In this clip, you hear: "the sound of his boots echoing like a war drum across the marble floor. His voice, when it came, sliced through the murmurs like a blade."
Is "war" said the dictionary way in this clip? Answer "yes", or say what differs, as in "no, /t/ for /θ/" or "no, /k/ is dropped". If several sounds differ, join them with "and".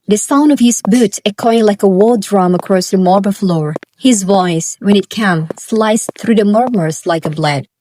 no, /l/ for /ɹ/